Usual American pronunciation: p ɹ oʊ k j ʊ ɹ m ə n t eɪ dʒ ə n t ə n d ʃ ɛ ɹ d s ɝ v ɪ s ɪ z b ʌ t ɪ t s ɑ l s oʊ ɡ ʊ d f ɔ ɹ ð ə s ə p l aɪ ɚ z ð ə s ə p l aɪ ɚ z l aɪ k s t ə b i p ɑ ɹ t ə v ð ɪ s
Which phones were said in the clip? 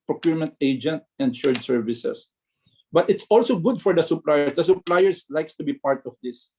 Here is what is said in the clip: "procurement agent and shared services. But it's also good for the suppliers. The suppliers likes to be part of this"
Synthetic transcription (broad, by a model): p ɹ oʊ k j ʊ ɹ m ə n t eɪ dʒ ə n t ə n d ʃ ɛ ɹ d s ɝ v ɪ s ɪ s b ʌ t ɪ t s ɑ l s oʊ ɡ ʊ d f ɔ ɹ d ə s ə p l aɪ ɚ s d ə s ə p l aɪ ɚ s l aɪ k s t ə b i p ɑ ɹ t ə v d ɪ s